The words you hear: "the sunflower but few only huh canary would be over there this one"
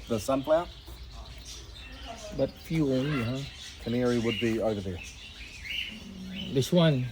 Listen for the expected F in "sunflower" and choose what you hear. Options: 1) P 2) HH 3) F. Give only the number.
1